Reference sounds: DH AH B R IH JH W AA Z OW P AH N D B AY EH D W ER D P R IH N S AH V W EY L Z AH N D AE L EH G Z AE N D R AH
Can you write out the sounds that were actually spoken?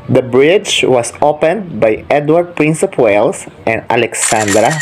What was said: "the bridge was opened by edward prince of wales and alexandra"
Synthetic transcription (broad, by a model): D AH B R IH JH W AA S OW P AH N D B AY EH D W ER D P R IH N S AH P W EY L S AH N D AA L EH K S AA N D R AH